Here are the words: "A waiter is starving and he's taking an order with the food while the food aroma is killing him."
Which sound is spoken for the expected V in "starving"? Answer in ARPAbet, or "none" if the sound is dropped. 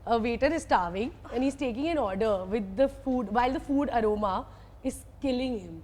V